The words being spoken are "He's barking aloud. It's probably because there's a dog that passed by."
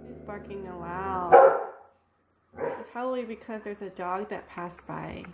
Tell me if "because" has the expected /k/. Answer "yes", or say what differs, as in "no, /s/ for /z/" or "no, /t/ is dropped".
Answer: yes